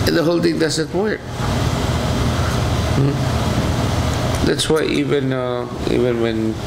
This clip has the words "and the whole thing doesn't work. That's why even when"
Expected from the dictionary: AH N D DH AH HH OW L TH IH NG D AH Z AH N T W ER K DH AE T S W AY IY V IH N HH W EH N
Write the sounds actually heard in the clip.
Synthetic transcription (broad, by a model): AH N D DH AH HH OW L T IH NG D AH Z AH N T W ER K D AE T S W AY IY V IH N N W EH N